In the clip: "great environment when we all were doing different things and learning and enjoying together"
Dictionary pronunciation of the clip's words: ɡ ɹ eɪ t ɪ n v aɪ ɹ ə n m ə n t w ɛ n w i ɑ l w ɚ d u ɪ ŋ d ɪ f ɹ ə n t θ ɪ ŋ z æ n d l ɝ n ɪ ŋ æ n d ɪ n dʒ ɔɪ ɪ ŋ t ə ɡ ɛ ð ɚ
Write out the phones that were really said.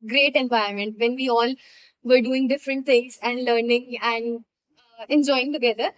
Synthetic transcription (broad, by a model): ɡ ɹ eɪ t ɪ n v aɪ ə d m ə n t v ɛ n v i ɑ l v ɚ d u ɪ ŋ d ɪ f ɹ ə n t t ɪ ŋ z æ n d l ɝ n ɪ ŋ æ n d ɪ n dʒ ɔɪ ɪ ŋ t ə ɡ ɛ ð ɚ